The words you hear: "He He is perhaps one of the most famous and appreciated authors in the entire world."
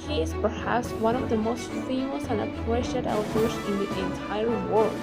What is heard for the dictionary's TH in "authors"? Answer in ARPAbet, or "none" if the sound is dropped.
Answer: T